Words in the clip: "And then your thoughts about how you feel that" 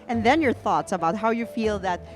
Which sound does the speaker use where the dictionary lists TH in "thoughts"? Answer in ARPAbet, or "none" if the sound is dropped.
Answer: TH